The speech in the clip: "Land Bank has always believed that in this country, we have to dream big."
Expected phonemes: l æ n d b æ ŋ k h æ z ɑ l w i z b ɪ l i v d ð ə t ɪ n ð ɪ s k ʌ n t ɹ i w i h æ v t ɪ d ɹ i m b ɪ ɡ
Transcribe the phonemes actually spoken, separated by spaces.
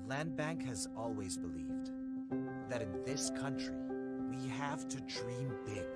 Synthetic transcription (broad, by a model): l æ n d b æ ŋ k h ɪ z ɑ l w i z b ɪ l i v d ð ə t ɪ n ð ɪ s k ʌ n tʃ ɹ i w i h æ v t ɪ d ɹ i m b ɪ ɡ